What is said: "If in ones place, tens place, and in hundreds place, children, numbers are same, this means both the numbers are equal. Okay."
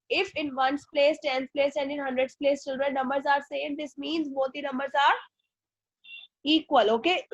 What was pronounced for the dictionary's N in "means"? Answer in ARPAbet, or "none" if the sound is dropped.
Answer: N